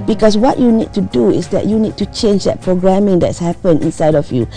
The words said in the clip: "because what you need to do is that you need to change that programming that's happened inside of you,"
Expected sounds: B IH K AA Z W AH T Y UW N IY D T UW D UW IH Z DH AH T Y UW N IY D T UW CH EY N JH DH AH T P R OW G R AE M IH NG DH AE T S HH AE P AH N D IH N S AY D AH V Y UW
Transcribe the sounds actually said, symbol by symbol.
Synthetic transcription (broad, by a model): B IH K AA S W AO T Y UW N IY D T UW D UW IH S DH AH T Y UW N IY D T UW CH EY N JH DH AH T P R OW G R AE M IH NG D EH T S HH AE P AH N IH N S AY D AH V Y UW